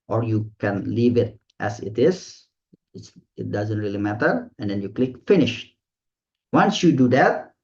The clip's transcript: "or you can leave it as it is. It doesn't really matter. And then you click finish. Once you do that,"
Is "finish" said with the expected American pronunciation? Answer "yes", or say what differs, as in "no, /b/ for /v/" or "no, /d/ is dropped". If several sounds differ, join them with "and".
yes